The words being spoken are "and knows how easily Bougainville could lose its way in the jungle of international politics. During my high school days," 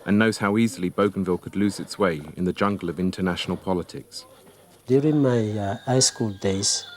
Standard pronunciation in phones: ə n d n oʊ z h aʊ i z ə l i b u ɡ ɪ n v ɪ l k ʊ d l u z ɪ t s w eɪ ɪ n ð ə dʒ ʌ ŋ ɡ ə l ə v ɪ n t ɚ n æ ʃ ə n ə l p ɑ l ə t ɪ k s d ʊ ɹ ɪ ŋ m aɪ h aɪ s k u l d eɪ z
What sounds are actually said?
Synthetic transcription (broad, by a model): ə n n oʊ z h aʊ i z ə l i b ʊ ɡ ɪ n v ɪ l k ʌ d l u z ɪ t s w eɪ ɪ n ð ə dʒ ʌ ŋ ɡ ə l ə v ɪ n t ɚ n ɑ ʃ ə n ə l p ɑ l ə t ɪ k s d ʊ ɹ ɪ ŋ m aɪ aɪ s k u l d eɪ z